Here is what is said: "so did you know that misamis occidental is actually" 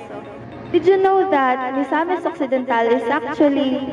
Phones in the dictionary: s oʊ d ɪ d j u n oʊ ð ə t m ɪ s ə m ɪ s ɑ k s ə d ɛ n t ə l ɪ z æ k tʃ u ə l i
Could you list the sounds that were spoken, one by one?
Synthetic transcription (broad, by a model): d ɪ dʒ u n oʊ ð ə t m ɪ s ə m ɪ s ɑ k s ə d ɛ n t ə l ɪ s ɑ k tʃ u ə l i